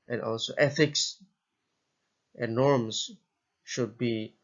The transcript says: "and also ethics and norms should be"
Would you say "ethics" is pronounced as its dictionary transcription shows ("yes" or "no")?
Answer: yes